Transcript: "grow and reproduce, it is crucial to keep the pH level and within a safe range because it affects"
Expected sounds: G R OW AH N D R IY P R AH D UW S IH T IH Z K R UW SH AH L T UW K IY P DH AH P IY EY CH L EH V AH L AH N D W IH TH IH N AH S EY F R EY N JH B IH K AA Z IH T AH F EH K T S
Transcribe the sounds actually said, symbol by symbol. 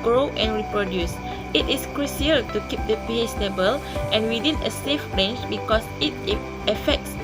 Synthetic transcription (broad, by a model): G R OW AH N R IY P R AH D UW S IH T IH S K R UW S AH L T UW K IY P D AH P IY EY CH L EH B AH L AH N W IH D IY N AH S EY F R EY N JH B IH K AA S IH T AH F EH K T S